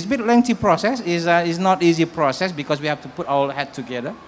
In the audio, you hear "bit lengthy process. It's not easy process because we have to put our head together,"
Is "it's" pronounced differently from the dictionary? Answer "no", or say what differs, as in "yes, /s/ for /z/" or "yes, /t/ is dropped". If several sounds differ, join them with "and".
yes, /s/ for /t/